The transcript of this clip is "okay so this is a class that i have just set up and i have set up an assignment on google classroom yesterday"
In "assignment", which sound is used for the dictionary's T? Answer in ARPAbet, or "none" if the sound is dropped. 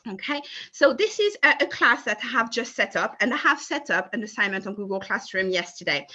T